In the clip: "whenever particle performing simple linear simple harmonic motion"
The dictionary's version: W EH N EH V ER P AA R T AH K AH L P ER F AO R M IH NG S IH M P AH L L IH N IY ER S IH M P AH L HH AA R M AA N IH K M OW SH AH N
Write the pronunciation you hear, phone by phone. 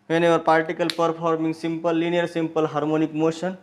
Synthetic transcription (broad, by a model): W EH N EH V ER P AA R T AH K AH L P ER P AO R M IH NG S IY M P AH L L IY N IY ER S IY M P AH L HH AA R M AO N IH K M OW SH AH N